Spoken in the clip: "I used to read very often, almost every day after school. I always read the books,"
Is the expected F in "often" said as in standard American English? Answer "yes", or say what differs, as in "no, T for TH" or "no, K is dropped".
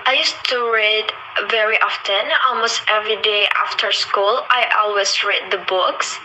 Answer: yes